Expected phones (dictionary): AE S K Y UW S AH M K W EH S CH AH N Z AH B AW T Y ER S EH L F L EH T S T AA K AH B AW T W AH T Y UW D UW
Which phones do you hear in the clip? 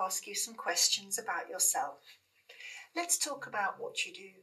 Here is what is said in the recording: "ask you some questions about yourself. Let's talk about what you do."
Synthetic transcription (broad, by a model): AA S K Y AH S AH M K W EH S CH AH N Z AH B AW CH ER S EH L F L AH T S T AA K AH B AW T W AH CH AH D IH